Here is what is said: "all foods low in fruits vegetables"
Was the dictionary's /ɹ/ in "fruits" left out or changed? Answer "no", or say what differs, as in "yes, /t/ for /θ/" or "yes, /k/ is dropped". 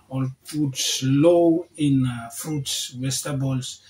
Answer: no